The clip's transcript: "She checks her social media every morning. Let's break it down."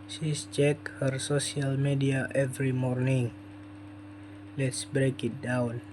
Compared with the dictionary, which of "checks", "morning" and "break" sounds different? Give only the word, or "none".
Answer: checks